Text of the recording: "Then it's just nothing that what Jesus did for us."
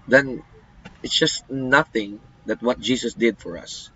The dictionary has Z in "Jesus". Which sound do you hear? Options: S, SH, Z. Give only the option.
S